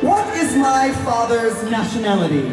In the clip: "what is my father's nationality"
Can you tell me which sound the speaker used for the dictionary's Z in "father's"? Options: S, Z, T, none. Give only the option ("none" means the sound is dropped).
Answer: Z